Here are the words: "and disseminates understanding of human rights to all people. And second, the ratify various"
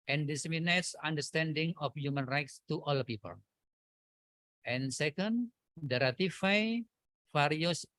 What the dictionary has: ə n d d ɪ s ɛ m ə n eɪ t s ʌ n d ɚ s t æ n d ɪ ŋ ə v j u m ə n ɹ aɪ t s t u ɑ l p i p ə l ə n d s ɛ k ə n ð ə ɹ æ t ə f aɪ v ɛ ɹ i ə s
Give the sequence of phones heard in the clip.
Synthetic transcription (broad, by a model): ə n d d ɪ s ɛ m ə n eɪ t s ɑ n d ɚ s t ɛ n d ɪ ŋ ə f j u m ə n ɹ aɪ t s t u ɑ l p i p ə l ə n s ɛ k ə n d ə ɹ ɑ t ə f aɪ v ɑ ɹ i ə s